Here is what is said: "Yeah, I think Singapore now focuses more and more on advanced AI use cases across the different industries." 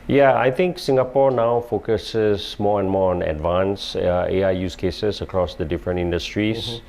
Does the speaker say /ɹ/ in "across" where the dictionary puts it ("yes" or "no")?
yes